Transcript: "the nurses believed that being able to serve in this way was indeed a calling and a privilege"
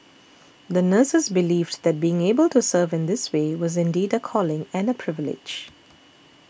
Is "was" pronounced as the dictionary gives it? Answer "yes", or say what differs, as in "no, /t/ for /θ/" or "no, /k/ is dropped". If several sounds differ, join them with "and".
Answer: yes